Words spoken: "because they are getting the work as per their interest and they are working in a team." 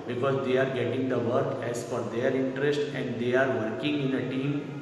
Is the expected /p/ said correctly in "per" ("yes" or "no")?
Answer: no